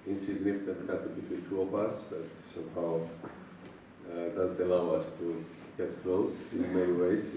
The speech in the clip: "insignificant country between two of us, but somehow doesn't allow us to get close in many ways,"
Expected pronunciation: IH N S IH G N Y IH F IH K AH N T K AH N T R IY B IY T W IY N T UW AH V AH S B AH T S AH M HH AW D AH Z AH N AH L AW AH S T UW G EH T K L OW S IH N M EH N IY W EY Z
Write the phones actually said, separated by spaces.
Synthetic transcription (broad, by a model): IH N S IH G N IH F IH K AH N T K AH T IY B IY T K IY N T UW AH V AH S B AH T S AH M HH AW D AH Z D AH L AW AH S T UW G EH T K L OW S IH N M EH N IY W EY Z